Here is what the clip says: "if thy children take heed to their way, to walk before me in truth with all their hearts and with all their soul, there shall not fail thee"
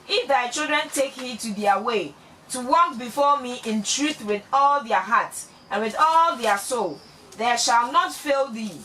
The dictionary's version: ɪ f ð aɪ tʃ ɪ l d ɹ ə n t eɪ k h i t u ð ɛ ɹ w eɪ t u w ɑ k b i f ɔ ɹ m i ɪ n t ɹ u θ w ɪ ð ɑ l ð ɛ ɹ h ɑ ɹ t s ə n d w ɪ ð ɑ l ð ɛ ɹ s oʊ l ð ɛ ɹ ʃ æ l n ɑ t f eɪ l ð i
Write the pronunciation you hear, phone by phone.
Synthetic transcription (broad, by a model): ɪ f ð aɪ tʃ ɪ l d ɹ ə n t eɪ k h i t u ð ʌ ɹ w eɪ t u w ɑ k b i f ɔ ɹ m i ɪ n t ɹ u θ w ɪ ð ɑ l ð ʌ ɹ h ɑ t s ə n w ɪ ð ɑ l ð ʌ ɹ s oʊ l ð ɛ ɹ ʃ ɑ l n ɑ t f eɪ l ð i